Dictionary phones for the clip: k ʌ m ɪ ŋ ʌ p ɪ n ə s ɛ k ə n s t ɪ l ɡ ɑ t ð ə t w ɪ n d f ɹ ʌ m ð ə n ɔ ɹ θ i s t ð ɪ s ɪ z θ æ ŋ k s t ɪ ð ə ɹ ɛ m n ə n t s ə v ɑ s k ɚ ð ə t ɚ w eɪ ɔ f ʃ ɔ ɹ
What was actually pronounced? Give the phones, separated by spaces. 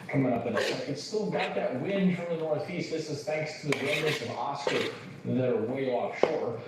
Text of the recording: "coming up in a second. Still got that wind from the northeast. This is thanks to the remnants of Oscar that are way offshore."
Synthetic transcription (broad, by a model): k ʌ m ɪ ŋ ʌ p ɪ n ə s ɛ ə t s t ɪ l ɡ ɑ t ð ə t w ɪ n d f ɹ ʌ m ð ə n ɔ ɹ θ i s t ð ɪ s ɪ z θ æ ŋ k s t ɪ ð ə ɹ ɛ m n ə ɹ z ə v ɑ s k ɚ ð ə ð ɚ w eɪ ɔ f ʃ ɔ ɹ